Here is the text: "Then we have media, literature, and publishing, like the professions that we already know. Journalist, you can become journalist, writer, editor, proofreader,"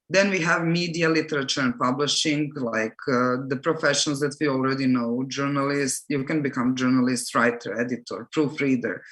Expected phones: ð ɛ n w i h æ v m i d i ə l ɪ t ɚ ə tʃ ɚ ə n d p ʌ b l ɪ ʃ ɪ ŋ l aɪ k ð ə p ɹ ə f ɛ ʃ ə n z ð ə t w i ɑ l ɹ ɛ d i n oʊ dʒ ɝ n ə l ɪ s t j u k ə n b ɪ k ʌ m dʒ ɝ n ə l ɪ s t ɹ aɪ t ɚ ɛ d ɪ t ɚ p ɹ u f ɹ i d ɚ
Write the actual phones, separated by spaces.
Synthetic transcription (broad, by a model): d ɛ n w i h æ v m i d i ə l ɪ t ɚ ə tʃ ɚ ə n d p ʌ b l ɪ ʃ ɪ ŋ l aɪ k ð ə p ɹ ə f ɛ ʃ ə n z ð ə t w i ɑ l ɹ ɛ d i n oʊ dʒ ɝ n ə l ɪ s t j u k ə n b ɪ k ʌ m dʒ ɝ n ə l ɪ s t ɹ aɪ t ɚ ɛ d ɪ t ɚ p ɹ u f ɹ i d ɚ